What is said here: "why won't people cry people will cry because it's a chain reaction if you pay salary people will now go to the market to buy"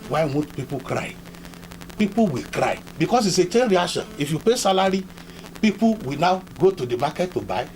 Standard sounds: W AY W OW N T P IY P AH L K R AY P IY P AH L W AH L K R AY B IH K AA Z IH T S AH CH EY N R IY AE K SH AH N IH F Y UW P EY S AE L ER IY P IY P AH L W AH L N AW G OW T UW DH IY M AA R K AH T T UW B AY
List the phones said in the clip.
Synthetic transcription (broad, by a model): W AY W OW N T P IY P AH K R AY P IY P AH W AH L K R AY B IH K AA S IH T S AH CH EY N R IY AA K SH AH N IH F Y UW P EY S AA L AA IY P IY P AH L W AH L N AW G OW T UW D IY M AA K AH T T UW B AY